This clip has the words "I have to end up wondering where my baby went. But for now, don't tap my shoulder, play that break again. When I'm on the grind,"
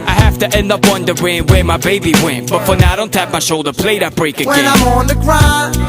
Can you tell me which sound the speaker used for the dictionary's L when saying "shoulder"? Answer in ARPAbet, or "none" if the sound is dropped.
L